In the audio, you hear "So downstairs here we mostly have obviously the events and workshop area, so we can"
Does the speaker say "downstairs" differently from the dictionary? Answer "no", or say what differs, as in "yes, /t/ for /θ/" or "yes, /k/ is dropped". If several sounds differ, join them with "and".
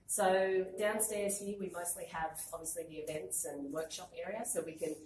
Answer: no